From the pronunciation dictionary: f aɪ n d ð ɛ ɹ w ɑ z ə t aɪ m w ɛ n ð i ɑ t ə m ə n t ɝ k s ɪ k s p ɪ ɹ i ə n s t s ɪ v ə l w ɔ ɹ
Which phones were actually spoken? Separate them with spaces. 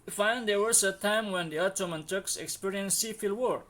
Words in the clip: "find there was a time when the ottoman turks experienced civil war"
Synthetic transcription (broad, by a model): f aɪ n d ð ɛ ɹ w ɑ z ə t aɪ m w ɛ n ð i ɑ t ə m ə n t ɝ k s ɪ k s p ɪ ɹ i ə n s s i f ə l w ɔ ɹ